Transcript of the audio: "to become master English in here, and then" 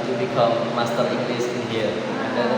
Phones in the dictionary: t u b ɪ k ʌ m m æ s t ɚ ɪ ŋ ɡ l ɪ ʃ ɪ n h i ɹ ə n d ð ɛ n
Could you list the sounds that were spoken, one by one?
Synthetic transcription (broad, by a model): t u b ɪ k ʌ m m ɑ s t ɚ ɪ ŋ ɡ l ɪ s ɪ n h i ə n d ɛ